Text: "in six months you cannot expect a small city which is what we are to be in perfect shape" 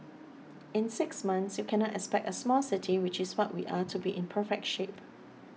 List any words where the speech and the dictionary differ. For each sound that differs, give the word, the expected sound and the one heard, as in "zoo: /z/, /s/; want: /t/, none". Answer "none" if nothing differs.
is: /z/, /s/